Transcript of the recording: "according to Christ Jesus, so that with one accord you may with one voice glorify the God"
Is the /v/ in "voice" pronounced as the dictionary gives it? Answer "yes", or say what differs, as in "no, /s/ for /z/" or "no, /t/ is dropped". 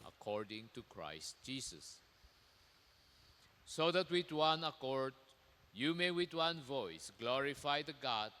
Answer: yes